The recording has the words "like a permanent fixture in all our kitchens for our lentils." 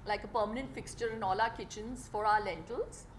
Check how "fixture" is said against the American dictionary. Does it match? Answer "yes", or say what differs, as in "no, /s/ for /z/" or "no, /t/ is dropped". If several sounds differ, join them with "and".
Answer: yes